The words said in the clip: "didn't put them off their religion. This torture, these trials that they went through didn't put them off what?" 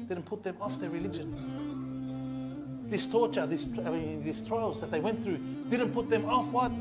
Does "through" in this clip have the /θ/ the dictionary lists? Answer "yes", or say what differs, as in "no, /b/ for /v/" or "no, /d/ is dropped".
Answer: yes